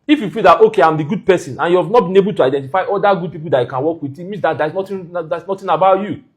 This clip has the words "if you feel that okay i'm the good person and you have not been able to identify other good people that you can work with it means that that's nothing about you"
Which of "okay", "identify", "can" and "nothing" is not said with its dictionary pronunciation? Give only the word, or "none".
nothing